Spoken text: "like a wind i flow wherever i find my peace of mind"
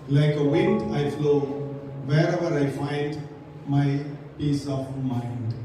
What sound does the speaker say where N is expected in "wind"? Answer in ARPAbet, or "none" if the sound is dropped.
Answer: N